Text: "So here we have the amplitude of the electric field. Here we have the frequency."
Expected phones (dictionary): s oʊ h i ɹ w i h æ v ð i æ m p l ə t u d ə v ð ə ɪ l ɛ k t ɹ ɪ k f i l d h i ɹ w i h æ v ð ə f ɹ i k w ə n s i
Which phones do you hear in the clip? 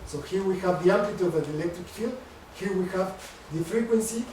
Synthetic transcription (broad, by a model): s oʊ h i ɹ w i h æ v ð i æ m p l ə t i ə v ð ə ɪ l ɛ k t ɹ ɪ k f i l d h i ɹ w i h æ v ð ə f ɹ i k w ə n s i